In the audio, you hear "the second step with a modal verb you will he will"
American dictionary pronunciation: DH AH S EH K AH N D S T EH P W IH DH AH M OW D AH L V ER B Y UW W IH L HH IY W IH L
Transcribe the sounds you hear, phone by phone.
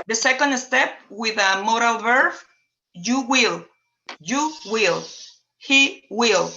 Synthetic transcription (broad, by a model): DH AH S EH K AH N D S T EH P W IH DH AH M OW D AH L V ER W Y UW W IH L HH IY W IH L